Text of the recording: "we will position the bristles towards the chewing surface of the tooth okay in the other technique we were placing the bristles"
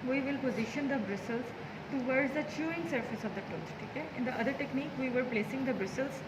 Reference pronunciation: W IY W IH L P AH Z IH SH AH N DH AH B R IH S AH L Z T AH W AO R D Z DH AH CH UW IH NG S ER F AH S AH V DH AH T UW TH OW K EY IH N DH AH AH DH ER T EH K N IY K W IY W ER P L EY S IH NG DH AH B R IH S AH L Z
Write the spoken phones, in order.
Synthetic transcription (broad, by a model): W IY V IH L P AH Z IH SH AH N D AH B R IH S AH L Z T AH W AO R D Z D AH CH UW IH NG S ER F AH S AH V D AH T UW T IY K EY IH N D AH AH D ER T EH K N IY K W IY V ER P L EY S IH NG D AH B R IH S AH L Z